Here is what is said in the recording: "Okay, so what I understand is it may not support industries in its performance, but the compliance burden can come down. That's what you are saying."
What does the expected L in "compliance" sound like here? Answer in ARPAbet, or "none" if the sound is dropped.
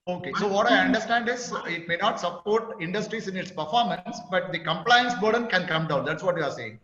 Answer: L